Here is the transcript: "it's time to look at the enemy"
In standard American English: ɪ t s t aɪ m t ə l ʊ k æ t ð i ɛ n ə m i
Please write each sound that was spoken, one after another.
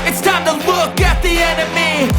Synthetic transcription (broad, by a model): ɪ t s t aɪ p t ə w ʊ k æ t ð i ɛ n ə m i